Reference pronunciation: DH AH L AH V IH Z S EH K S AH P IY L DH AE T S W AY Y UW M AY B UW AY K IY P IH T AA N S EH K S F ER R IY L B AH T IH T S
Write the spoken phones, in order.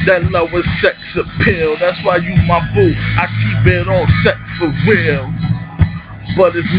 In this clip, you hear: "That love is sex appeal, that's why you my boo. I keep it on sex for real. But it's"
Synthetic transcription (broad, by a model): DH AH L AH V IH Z S EH K S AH P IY L DH AE T S W AY Y UW M AY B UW AY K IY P IH T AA L S EH K S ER W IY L B AH T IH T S